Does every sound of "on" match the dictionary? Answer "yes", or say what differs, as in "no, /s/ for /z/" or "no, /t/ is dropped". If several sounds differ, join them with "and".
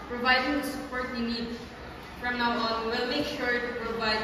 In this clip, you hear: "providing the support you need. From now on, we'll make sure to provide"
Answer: no, /l/ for /n/